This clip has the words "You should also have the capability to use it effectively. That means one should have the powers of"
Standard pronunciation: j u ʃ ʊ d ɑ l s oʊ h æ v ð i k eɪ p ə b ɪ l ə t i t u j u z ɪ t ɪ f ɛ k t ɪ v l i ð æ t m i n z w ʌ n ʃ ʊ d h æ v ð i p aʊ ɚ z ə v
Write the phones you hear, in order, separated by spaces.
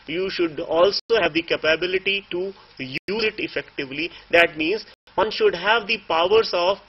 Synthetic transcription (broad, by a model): j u ʃ ʊ d ɑ l s oʊ h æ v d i k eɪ p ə b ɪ l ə t i t u j u z ɪ t ɪ f ɛ k t ɪ v l i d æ t m i n z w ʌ n ʃ ʊ d h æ v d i p aʊ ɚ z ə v